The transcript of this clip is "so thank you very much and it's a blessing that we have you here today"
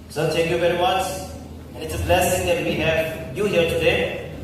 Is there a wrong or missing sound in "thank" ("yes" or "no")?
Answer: yes